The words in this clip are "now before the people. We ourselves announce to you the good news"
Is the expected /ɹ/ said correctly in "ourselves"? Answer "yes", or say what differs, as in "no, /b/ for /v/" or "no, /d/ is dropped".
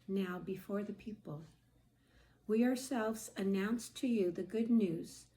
yes